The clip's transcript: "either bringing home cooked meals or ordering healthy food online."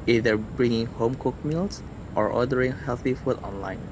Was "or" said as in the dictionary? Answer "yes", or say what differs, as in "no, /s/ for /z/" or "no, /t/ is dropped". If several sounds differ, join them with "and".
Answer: yes